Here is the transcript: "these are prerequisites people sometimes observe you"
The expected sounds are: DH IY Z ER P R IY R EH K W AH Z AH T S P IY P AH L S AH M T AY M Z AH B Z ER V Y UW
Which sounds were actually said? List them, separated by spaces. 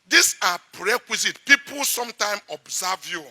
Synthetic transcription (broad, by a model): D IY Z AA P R R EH K W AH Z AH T P IY P AH L S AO M T AY M AH B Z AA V Y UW